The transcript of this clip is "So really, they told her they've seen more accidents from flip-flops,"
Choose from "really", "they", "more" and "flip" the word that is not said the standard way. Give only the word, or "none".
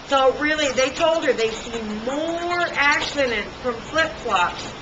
none